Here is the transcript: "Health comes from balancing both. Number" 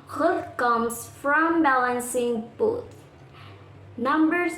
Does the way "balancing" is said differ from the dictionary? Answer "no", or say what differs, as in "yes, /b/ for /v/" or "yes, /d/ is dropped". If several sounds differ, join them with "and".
no